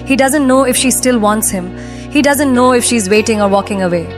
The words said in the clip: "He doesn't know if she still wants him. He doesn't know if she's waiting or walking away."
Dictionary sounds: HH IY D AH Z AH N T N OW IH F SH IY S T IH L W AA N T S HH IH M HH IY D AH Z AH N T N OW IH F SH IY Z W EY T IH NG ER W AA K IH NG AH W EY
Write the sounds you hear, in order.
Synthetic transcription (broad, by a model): HH IY D AH Z AH N T N OW IH F SH IY S T IH L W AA N T S HH IH M HH IY D AH Z AH N T N OW IH F SH IY Z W EY T IH NG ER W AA K IH NG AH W EY